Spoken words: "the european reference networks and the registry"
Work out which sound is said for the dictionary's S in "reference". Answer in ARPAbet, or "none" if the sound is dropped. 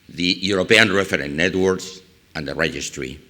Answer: none